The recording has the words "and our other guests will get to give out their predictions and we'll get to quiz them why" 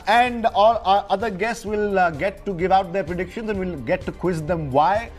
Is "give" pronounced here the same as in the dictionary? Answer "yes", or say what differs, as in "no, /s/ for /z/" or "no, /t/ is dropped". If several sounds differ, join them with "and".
yes